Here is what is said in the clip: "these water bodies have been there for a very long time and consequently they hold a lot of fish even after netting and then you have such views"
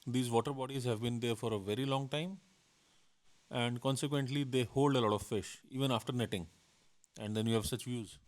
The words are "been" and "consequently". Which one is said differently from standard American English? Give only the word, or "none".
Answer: none